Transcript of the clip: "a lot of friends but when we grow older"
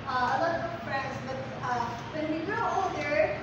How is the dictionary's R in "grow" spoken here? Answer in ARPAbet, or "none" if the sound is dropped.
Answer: none